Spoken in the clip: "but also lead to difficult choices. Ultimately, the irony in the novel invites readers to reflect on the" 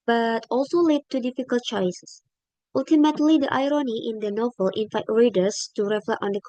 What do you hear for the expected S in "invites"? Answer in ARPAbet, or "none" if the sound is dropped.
none